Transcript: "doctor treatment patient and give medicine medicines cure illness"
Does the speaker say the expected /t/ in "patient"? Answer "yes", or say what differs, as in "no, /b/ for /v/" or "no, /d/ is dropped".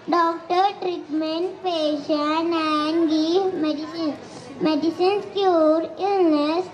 no, /t/ is dropped